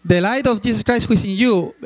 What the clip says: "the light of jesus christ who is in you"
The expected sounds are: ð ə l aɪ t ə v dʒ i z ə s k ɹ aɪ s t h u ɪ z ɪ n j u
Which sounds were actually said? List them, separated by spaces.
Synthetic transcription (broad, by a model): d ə l aɪ t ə f dʒ i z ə s k ɹ aɪ s t h u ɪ s ɪ n j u